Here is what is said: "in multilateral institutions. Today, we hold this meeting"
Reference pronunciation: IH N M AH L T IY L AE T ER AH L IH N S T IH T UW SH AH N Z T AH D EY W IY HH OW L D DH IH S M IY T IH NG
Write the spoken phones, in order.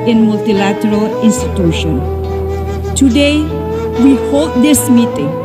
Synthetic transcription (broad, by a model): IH N M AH L T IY L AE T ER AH L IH N S T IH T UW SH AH N T AH D EY W IY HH OW L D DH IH S M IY T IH NG